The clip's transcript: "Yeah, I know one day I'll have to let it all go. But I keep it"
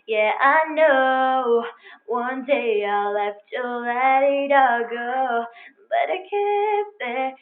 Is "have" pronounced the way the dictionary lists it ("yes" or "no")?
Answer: no